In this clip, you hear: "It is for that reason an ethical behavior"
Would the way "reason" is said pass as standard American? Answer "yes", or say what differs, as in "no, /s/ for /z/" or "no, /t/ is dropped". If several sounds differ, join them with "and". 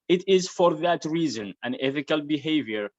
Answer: yes